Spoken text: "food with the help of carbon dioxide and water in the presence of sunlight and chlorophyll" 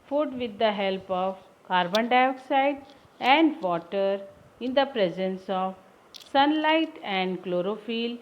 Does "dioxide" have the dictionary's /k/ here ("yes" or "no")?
yes